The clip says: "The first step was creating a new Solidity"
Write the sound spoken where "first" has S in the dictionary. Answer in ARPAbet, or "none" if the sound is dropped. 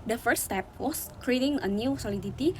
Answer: none